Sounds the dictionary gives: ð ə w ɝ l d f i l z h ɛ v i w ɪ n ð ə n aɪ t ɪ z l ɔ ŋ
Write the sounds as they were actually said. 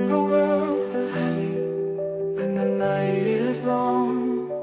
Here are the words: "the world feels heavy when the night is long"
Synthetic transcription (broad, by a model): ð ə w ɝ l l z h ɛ i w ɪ n ð ə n aɪ t ɪ z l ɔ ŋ